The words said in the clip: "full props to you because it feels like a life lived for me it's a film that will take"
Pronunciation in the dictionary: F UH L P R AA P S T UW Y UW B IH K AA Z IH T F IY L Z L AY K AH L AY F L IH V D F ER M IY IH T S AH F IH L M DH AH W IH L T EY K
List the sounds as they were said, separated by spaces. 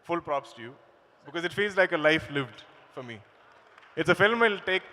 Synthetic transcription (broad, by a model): F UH L P R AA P S T UW Y UW B IH K AA Z IH T F IY L Z L AY K AH L AY F L IH V D F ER M IY IH T S AH F IH L M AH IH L T EY K